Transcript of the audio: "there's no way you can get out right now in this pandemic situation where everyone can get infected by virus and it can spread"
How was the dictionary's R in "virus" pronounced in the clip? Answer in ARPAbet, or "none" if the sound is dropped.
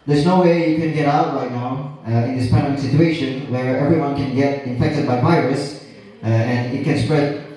R